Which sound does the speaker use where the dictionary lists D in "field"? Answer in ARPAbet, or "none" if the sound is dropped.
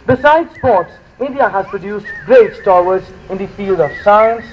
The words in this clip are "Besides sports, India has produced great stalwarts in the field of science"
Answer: D